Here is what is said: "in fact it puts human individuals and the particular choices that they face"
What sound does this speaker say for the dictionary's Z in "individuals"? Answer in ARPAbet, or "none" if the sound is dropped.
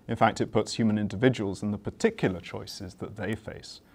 Z